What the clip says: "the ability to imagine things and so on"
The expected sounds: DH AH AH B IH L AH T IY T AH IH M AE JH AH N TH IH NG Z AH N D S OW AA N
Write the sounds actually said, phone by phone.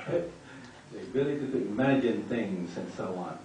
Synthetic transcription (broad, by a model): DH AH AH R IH L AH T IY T IH M AE JH AH N TH IH NG Z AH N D S OW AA N